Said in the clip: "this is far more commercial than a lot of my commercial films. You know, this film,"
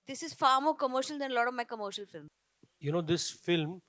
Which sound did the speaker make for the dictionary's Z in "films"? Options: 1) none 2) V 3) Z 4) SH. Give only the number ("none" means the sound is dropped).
1